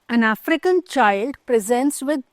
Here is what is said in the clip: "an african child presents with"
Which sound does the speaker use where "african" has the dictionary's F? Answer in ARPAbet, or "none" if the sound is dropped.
F